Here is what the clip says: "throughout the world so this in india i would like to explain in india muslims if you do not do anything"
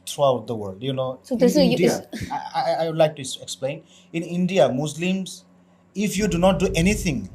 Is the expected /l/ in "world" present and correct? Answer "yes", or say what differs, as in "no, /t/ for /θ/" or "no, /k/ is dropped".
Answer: yes